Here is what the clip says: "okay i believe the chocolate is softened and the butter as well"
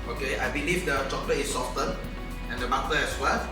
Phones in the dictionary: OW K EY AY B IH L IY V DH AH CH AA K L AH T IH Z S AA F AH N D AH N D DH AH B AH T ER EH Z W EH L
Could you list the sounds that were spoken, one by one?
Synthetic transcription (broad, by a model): OW K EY AY B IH L IY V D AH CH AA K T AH IH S AA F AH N AH N D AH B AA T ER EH S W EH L